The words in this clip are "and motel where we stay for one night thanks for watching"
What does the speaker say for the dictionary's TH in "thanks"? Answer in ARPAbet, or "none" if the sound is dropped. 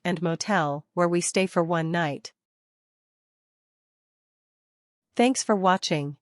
TH